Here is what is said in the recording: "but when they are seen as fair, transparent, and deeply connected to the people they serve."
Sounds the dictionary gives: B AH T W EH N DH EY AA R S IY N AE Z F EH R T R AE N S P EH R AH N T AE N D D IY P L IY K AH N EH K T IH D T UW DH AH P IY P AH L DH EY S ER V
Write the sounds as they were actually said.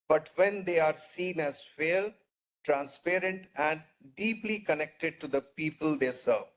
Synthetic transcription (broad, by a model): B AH T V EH N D EY AA R S IY N AE Z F EH L T R AE N S P EH R AH N T AE N D D IY P L IY K AH N EH K T IH D T UW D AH P IY P AH L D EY S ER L